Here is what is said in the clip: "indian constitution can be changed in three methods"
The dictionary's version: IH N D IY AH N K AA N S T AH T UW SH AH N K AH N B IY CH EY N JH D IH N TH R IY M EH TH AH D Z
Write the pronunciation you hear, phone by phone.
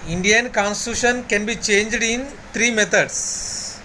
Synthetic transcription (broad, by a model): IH N D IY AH N K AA N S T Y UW SH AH N K AH N B IY CH EY N JH D IH N T R IY M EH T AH D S